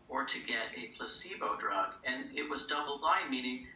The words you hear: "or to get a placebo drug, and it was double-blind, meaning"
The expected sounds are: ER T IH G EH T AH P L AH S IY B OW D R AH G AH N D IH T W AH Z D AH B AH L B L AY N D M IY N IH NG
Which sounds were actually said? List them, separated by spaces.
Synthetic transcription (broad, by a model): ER T IH G EH T AH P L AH S IY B OW D R AH G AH N IH T W AH Z D AH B L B AY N M IY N IH NG